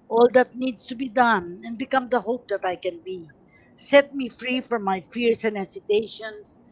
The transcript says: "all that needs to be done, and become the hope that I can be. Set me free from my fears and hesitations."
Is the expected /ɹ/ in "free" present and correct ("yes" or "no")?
yes